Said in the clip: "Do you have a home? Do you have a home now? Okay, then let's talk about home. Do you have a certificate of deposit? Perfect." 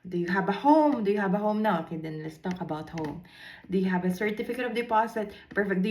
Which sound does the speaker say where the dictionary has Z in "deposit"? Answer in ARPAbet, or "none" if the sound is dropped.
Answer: S